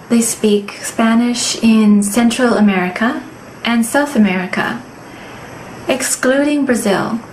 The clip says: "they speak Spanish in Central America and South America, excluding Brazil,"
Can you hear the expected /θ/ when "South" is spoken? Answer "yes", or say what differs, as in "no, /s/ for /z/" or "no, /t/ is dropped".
yes